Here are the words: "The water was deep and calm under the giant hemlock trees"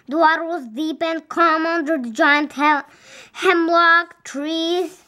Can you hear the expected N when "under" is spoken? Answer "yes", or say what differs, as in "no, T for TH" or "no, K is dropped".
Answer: yes